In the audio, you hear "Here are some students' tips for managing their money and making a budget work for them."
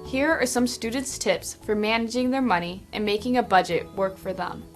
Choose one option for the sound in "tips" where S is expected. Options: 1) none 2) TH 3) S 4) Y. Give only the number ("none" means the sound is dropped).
3